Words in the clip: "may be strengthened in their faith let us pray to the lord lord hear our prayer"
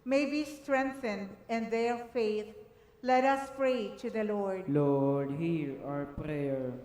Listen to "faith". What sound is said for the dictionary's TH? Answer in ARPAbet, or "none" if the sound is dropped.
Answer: T